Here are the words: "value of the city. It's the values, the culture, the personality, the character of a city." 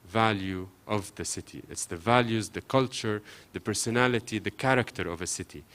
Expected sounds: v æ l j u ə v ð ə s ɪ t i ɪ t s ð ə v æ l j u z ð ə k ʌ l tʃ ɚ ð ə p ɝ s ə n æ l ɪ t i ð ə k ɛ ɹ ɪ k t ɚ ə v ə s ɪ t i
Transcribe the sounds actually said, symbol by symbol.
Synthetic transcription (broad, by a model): v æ l j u ə v ð ə s ɪ t i ɪ t s ð ə v æ l j u z ð ə k ʌ l tʃ ɚ ð ə p ɝ s ə n æ l ɪ t i ð ə k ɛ ɹ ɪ k t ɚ ə v ə s ɪ t i